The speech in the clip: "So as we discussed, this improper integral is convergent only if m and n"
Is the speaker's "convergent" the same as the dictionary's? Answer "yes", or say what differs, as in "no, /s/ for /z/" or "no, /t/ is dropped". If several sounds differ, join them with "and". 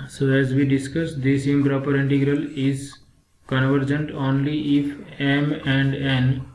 yes